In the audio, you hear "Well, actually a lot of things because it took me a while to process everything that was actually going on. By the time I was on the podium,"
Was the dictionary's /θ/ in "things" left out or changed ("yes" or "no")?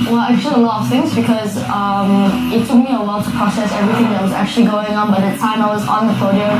no